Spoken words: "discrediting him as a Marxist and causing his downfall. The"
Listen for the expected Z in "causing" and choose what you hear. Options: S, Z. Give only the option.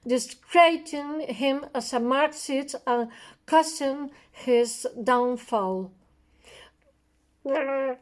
S